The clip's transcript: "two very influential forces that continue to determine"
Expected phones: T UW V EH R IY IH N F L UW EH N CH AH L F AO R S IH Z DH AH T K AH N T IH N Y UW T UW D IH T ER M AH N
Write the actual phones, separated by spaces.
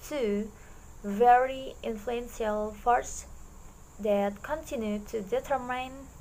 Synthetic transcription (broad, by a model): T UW V EH R IY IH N F L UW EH N SH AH L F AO R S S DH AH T K AH N T IH N Y UW T UW D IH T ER M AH N